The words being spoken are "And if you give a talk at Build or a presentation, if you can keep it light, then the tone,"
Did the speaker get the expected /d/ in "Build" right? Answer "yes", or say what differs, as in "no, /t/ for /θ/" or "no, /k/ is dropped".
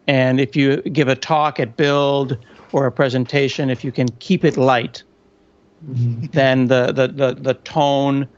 yes